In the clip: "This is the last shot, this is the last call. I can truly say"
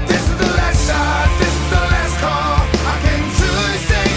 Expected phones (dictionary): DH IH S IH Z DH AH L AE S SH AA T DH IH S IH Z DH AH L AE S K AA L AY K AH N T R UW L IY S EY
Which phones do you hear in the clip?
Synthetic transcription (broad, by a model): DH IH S IH Z DH AH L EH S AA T DH IH S IH Z DH AH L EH S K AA AY K AH N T UW IY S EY